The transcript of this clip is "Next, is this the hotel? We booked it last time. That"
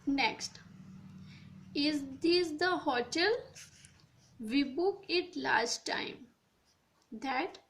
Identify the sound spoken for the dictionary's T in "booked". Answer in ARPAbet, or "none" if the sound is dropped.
none